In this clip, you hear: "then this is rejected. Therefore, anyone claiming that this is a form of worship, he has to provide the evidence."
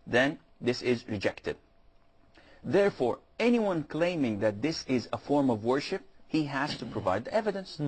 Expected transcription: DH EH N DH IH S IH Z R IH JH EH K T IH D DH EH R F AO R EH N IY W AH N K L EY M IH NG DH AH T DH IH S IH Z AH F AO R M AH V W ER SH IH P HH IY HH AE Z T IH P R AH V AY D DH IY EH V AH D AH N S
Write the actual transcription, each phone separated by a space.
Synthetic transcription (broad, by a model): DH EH N DH IH S IH Z R IH JH EH K T IH D DH EH R F AO R EH N IY W AH N K L EY M IH NG DH AH T DH IH S IH Z AH F AO R M AH V W ER SH IH P HH IY HH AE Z T IH P R AH V AY D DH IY EH V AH D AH N S